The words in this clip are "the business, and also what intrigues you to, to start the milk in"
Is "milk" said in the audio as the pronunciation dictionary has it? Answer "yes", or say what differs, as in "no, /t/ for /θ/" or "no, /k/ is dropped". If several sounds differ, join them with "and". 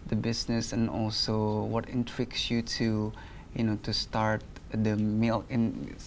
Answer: no, /k/ is dropped